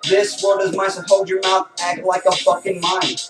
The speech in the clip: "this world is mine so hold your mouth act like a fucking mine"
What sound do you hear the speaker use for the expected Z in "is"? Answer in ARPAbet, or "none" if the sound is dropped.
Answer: Z